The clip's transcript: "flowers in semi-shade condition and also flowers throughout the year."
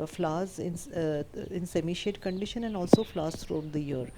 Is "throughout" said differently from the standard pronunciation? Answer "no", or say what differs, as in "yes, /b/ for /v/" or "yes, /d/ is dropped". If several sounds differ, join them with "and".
yes, /t/ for /θ/